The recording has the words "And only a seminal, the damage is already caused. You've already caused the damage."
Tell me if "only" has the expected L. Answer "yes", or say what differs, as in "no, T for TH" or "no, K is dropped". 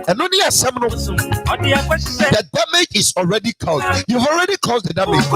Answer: no, L is dropped